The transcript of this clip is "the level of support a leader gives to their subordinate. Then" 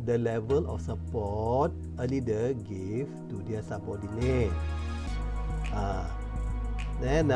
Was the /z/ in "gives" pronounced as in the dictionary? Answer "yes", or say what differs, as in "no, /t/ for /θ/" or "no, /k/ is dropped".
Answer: no, /z/ is dropped